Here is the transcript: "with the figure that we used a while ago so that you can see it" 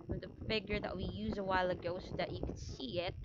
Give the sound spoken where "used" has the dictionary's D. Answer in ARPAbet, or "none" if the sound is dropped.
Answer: none